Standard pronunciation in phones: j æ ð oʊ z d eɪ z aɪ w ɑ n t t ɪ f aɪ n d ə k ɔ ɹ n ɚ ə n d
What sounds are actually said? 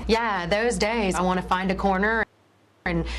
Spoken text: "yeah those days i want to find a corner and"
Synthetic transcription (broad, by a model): j æ ð oʊ z d eɪ z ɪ w ɑ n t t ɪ f aɪ n d ə k ɔ ɹ n ɚ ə n